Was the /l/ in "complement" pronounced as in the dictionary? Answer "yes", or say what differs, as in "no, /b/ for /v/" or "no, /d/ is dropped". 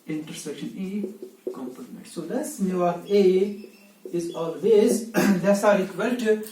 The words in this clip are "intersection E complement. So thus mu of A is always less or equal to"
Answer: no, /l/ is dropped